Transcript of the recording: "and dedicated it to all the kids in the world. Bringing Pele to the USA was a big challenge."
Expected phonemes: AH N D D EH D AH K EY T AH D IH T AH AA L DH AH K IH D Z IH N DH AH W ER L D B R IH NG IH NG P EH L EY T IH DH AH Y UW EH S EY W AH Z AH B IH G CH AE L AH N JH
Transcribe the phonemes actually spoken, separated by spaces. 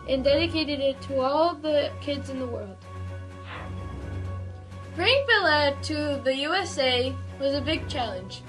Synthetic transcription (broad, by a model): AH N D D EH D AH K EY T AH D IH T AH AA L DH AH K IH D Z IH N DH AH W ER L D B R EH IH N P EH L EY T IH DH AH Y UW EH S EY W AH Z AH B IH G CH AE L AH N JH